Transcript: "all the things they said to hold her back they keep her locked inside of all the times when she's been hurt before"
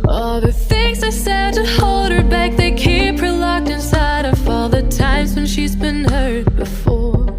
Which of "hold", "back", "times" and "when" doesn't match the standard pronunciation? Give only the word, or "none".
none